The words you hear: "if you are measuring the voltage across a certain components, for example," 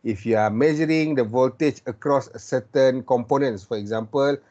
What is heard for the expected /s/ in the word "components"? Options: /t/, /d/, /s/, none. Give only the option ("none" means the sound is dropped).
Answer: /s/